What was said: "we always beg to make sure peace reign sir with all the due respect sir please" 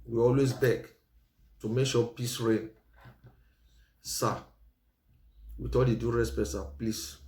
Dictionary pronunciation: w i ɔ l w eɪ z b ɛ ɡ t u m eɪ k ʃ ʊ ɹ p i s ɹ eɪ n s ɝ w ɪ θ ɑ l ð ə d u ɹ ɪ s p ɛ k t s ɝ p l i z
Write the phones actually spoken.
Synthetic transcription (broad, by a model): w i ɔ l w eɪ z b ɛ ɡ t u m eɪ k ʃ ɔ p i s ɹ eɪ n s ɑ w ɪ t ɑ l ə d u ɹ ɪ s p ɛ t s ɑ p l i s